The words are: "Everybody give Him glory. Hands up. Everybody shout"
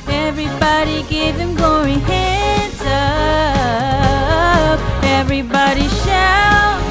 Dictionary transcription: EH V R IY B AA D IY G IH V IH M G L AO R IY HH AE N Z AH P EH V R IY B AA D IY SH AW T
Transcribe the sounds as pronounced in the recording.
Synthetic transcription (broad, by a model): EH V R IY B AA D IY G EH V IH M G AO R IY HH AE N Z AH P EH V R IY B AA D IY SH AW